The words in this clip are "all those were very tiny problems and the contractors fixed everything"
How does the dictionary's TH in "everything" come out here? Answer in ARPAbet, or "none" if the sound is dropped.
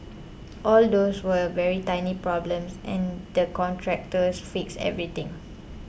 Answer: T